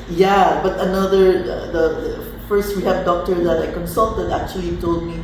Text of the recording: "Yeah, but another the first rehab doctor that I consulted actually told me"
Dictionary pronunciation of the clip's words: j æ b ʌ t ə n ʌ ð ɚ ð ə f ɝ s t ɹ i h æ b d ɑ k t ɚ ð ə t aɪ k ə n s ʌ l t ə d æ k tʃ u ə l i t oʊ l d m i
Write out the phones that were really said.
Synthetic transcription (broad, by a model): j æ b ʌ t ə n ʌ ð ɚ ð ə f ɝ s t w i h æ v d ɑ k t ɚ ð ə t aɪ k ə n s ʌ l t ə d æ k tʃ u ə l i t oʊ l d m i